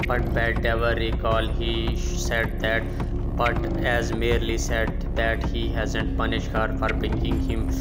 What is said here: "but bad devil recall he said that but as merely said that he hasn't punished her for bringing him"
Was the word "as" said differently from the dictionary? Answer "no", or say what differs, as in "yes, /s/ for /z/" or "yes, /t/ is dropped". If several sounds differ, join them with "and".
no